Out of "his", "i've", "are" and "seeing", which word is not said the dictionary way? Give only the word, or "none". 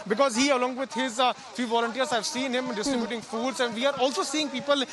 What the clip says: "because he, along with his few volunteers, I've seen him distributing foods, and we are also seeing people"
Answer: none